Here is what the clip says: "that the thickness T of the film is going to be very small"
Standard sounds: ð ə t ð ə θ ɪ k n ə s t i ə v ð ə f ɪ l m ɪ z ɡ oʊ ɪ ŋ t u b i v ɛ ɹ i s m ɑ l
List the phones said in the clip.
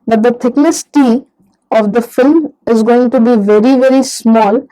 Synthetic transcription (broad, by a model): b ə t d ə t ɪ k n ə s t i ə v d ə f ɪ l m ɪ z ɡ oʊ ɪ ŋ t u b i v ɛ ɹ i s m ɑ l